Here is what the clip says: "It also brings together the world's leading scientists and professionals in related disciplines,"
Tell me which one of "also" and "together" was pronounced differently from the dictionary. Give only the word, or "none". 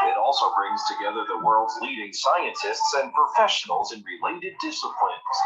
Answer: none